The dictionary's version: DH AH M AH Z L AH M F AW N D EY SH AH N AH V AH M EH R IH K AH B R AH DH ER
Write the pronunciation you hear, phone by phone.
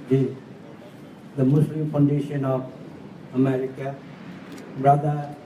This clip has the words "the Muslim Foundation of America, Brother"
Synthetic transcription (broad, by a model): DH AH M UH S L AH M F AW N D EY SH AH N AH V AH M EH R IH K AH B R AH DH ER